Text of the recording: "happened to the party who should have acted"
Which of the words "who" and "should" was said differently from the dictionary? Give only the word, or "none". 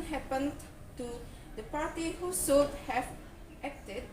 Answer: should